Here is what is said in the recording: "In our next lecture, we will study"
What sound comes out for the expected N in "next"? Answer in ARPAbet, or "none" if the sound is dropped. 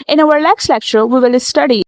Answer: L